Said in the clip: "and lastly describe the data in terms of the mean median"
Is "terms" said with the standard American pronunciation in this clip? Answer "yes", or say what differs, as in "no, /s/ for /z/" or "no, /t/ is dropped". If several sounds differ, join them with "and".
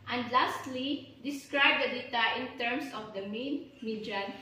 no, /s/ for /z/